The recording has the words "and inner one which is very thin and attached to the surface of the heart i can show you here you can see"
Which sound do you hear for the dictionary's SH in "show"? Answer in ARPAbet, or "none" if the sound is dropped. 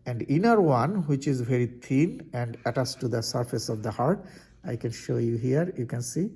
SH